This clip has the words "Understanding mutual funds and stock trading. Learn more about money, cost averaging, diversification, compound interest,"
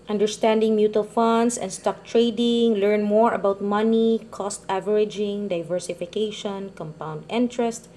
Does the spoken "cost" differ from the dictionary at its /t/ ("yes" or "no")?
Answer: no